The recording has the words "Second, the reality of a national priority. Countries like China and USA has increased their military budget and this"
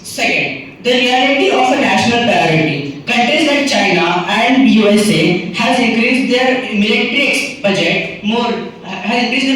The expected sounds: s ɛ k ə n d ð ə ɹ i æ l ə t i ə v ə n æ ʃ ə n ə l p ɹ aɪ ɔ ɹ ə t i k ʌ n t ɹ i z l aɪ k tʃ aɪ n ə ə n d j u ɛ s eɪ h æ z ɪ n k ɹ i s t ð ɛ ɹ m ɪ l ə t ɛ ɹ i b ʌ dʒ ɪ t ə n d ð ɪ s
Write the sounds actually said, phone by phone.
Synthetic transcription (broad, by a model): s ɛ k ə n d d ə ɹ i æ l ə t i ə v ə n æ ʃ ə n ə l p ɹ aɪ ɔ ɹ ə t i k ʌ n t i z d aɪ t tʃ aɪ n ə ə n d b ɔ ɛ s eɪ h æ z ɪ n k ɹ i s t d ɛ ɹ m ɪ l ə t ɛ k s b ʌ dʒ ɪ t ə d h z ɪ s